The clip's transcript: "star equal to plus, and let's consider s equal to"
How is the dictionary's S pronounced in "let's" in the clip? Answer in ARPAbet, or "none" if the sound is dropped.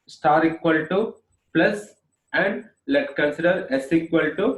none